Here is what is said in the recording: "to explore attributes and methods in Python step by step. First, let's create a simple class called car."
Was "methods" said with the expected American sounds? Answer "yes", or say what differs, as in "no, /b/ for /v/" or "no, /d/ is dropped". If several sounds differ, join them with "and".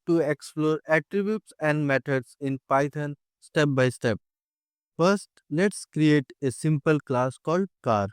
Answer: no, /t/ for /θ/